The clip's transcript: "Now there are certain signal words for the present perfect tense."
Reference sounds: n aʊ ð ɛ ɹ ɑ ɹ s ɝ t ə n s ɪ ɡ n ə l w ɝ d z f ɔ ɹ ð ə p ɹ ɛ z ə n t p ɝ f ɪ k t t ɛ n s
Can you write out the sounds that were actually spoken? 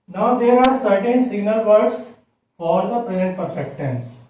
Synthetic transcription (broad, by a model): n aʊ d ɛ ɹ ɑ ɹ s ɝ t ə n s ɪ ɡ n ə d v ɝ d s f ɔ ɹ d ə p ɹ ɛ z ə n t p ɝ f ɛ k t t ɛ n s